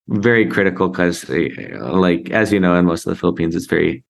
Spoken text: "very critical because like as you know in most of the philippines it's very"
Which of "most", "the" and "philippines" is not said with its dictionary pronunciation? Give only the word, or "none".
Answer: none